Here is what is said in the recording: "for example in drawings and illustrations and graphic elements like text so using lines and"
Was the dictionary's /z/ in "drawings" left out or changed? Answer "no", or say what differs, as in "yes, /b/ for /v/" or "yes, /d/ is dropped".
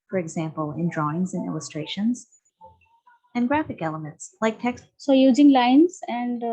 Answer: no